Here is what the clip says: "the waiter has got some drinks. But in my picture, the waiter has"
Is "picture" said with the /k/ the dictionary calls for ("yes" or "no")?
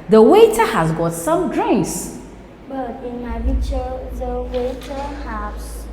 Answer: no